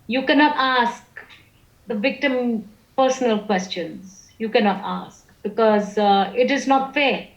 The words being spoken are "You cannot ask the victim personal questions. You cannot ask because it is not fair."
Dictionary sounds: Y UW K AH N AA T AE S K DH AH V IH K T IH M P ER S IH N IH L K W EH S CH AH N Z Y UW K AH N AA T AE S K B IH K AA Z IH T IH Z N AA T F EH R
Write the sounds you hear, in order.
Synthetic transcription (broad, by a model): Y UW K AH N AA T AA S K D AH V IH K T IH M P ER S IH N IH L K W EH S CH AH N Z Y UW K AH N AA T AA S K B IH K AA Z IH T IH Z N AA T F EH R